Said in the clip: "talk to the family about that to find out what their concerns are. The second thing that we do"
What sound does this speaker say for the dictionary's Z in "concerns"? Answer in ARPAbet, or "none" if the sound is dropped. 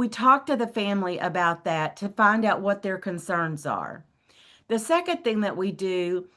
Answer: Z